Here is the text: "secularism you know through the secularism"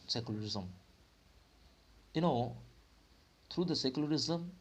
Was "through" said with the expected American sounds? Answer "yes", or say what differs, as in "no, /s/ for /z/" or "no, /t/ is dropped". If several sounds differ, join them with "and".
no, /t/ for /θ/